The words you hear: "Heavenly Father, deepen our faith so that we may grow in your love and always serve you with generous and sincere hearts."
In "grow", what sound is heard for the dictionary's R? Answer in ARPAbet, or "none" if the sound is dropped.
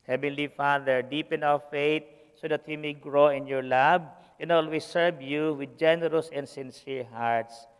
R